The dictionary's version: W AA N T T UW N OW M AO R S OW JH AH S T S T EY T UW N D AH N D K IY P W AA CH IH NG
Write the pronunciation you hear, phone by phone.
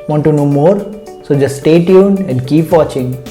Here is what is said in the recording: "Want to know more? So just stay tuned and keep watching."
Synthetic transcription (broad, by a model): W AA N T T UW N OW M AO R S OW JH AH S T S T EY T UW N AH N D K IY P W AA CH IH NG